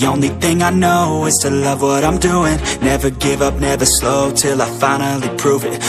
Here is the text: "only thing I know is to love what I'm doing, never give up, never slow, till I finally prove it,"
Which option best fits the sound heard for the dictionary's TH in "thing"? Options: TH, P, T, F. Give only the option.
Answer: TH